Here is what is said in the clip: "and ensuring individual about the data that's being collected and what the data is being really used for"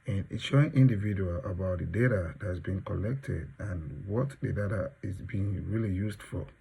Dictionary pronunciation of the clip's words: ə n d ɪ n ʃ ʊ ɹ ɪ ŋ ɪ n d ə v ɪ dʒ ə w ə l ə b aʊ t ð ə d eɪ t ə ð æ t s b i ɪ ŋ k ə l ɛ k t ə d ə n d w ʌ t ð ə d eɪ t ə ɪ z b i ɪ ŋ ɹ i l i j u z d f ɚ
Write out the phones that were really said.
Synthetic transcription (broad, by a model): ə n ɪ ʃ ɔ ɪ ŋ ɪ n d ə v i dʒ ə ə l ə b aʊ t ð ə d eɪ t ə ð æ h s b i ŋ k ə l ɛ k t ə d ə n w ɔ t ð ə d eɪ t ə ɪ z b i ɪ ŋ ɹ i l i j u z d f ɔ